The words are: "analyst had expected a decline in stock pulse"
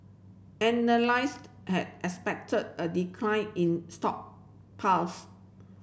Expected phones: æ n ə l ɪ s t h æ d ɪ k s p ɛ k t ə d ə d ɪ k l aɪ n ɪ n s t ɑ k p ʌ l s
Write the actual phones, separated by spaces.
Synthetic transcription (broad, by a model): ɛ n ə l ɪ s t h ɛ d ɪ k s p ɛ k t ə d ə d ɪ k l aɪ n ɪ n s t ɑ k p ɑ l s